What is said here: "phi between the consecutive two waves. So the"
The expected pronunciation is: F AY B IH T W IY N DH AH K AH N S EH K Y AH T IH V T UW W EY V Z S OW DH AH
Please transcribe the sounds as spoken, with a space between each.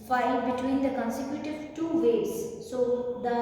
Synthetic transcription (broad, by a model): F AY B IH T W IY N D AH K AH N S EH K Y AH T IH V T UW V EY Z S OW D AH